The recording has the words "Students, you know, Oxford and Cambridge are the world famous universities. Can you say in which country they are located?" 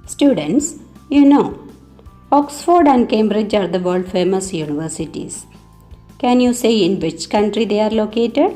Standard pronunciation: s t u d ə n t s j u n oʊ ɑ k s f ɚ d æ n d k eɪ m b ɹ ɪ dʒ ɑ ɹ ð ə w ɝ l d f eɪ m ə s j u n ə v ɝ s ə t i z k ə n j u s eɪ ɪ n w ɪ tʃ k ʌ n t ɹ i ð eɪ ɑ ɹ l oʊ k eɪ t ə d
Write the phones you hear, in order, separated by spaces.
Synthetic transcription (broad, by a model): s t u d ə n t s j u n oʊ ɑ k s f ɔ d æ n d k eɪ m b ɹ ɪ dʒ ɑ ɹ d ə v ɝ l d f eɪ m ə s j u n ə v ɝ s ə t i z k ə n j u s eɪ ɪ n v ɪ tʃ k ʌ n t ɹ i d eɪ ɑ ɹ l oʊ k eɪ t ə d